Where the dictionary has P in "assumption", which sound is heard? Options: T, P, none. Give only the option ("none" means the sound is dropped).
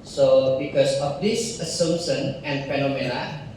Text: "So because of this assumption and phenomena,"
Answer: none